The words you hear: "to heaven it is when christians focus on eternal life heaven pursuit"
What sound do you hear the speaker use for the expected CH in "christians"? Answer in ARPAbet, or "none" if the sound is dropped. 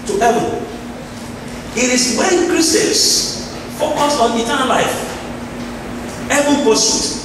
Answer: none